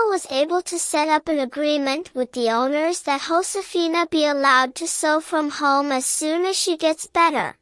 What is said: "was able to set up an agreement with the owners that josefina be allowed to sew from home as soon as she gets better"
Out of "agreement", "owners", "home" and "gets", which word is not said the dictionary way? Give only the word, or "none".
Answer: none